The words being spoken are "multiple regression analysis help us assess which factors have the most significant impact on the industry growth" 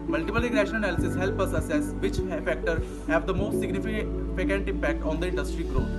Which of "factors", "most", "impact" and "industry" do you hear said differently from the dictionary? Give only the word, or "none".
factors